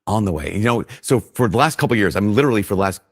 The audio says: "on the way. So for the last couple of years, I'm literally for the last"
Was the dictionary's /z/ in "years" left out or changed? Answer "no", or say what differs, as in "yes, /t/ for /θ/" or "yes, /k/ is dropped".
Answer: no